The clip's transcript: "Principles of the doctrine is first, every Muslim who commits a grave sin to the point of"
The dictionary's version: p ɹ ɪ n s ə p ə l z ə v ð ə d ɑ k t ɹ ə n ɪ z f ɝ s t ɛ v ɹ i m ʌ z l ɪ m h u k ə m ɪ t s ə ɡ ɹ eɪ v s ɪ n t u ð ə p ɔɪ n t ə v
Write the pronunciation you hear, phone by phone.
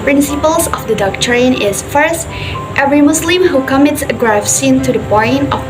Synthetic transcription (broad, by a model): p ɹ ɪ n s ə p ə l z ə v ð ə d ɑ k t ɹ ə n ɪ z f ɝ s t ɛ v ɹ i m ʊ s l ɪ m h u k ə m ɪ t s ə ɡ ɹ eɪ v s ɪ n t u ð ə b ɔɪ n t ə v